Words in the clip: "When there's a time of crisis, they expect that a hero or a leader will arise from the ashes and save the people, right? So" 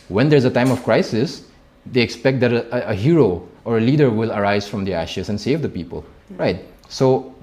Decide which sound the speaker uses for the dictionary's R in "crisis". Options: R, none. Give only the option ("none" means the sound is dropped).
R